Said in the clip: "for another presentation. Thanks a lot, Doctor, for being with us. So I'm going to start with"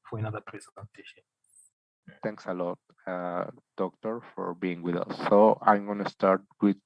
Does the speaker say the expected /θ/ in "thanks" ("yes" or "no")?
no